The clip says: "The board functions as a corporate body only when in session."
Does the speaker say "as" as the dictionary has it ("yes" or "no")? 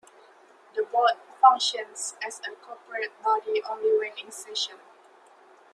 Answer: no